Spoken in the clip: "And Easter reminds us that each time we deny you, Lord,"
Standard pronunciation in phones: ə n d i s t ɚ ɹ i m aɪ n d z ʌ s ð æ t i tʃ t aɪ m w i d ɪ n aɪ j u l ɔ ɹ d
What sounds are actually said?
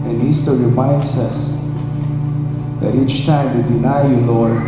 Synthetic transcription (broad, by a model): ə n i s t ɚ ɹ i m aɪ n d s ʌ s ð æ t i tʃ t aɪ m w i d ɪ n aɪ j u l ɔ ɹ